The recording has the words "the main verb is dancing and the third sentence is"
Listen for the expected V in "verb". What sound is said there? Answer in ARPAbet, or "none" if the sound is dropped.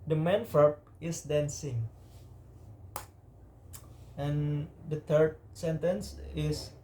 F